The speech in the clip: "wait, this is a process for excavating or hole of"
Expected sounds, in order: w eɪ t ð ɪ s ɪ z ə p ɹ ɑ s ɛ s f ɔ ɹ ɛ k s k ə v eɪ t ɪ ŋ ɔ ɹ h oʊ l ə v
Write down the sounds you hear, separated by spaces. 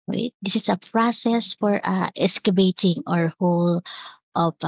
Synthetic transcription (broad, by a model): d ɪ s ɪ s ə p ɹ ɑ s ɛ s f ɔ ɹ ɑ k s k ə b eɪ t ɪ ŋ ɔ ɹ h oʊ l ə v